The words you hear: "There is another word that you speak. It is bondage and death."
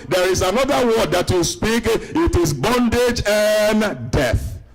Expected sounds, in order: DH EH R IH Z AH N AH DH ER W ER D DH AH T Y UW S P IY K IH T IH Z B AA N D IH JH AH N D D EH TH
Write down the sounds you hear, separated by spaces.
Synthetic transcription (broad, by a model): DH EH R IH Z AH N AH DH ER W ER D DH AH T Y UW S P IY K IH T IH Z B AA N D IH JH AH N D D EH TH